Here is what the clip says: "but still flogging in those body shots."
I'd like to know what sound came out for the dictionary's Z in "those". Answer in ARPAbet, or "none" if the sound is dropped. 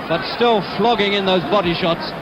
Z